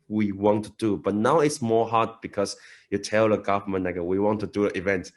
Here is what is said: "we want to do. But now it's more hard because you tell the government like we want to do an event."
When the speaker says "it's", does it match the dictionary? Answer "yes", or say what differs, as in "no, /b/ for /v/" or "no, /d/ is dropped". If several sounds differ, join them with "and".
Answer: yes